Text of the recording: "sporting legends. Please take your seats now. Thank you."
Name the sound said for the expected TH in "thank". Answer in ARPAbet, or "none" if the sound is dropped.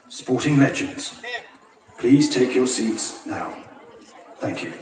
TH